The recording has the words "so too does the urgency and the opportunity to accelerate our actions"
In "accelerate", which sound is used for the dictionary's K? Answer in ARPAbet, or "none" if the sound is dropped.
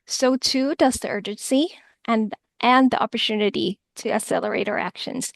none